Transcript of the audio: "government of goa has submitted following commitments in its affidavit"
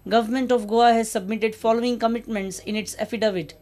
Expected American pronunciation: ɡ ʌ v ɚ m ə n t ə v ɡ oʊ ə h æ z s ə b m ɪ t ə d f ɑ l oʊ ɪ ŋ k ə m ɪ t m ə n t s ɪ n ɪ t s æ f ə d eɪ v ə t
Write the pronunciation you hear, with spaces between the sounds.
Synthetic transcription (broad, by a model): ɡ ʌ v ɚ m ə n t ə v ɡ oʊ ə h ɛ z s ə b m ɪ t ə d f ɑ l oʊ ɪ ŋ k ə m ɪ t m ə n t s ɪ n ɪ t s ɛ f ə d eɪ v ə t